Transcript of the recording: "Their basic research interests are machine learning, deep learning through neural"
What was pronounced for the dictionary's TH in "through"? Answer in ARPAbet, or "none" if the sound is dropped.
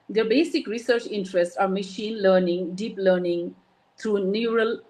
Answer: T